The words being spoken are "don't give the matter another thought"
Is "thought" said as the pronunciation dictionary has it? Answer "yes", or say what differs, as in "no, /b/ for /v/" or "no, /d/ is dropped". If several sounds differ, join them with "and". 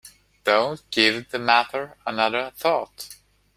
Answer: yes